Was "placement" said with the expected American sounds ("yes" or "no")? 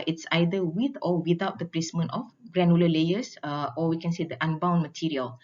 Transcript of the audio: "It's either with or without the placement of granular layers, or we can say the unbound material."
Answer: yes